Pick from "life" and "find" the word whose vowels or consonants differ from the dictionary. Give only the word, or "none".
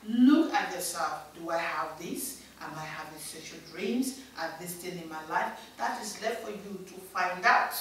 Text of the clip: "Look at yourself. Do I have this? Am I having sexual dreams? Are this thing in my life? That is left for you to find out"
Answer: none